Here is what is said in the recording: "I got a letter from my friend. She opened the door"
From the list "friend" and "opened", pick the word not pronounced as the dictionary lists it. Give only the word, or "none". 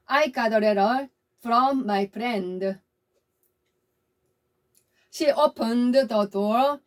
friend